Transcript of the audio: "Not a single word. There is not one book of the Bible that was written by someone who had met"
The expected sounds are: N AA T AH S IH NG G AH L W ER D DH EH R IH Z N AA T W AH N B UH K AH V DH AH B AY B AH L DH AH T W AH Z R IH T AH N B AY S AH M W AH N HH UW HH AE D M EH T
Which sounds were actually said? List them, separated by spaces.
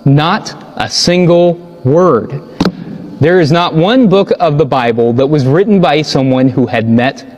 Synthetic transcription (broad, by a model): N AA T AH S IH NG G L W ER D DH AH R IH Z N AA T W AH N B UH K AH V DH AH B AY B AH L DH AH T W AH Z R IH T N B AY S AH M W AH N HH UW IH D M EH T